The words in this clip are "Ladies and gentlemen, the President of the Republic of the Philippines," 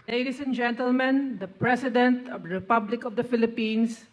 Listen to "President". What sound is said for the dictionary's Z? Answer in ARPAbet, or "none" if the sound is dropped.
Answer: S